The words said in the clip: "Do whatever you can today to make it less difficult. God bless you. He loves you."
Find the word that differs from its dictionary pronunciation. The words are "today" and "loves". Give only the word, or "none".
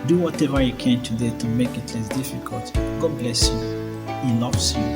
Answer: loves